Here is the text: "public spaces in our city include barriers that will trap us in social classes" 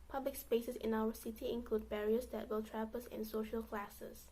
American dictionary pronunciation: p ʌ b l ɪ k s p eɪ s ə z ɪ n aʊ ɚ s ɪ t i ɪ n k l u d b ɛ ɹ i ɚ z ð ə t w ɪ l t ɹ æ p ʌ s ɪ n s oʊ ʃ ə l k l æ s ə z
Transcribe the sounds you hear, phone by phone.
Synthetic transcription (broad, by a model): p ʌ b l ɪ k s p eɪ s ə s ɪ n aʊ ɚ s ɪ t i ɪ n k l u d b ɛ ɹ i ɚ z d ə t w ɪ l t ɹ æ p ʌ s ɪ n s oʊ ʃ ə l k l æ s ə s